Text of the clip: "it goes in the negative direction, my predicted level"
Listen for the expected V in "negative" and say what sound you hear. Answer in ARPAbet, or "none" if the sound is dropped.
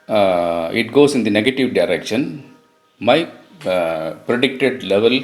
V